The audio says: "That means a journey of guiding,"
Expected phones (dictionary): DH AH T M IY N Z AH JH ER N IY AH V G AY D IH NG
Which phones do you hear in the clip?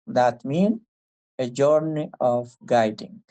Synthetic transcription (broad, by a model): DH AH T M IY N AH JH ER N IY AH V G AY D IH NG